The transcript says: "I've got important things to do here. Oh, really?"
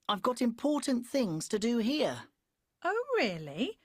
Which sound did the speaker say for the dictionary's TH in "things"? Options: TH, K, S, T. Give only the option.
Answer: TH